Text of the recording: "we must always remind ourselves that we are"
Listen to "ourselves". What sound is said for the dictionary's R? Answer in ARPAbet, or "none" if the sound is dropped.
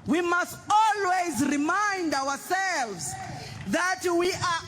W